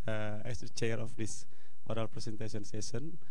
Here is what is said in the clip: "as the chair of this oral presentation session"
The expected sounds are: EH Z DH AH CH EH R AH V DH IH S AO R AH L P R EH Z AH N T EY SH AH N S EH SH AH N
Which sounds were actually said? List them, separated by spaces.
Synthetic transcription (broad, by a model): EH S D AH CH EH R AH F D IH S AO R AH L P R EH S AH N T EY S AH N S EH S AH N